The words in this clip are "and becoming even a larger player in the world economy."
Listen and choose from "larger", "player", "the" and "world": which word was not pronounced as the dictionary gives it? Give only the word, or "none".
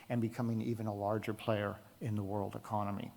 none